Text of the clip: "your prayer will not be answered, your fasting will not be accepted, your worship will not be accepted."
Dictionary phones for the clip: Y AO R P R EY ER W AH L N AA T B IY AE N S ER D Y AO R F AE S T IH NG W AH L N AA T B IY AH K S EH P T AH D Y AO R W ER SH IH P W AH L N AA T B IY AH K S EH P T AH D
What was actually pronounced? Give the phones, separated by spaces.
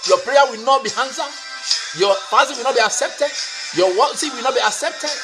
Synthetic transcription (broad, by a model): Y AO P R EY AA W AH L N AA T B IY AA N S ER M Y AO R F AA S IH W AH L N AA T B IY AH K S EH P T AH D Y AO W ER S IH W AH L N AA T B IY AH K S EH P T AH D